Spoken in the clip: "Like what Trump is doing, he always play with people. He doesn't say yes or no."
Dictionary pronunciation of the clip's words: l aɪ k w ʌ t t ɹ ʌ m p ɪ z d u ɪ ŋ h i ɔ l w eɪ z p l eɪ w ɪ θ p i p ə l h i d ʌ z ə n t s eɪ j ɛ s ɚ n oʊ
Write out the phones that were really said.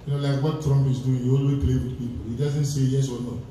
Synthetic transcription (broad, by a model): l aɪ k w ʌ t t ɹ ʌ m p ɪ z d u ɪ ŋ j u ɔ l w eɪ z p l eɪ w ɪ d p i p ə l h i d ʌ z ə n t s eɪ j ɛ s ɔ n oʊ